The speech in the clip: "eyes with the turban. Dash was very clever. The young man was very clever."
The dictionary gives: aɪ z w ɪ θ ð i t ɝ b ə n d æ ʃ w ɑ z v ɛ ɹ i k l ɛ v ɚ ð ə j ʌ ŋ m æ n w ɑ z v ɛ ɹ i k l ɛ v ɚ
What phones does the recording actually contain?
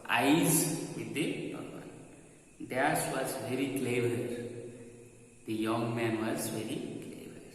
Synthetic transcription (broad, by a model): aɪ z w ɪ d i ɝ ə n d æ s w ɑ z v ɛ ɹ i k l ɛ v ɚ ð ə j ʌ ŋ m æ n w ɑ z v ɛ ɹ i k l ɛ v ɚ